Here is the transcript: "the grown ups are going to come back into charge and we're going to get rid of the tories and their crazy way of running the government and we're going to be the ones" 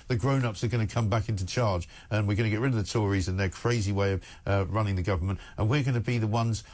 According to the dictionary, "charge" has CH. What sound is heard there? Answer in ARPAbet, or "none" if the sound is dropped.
CH